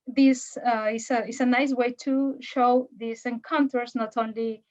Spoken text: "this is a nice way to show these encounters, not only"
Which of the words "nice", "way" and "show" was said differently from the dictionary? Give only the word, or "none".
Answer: none